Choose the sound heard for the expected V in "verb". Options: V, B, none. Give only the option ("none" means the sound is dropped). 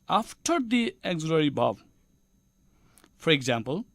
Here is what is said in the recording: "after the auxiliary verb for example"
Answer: B